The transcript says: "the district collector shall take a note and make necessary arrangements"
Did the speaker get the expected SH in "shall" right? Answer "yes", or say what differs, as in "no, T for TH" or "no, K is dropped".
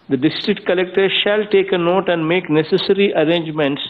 yes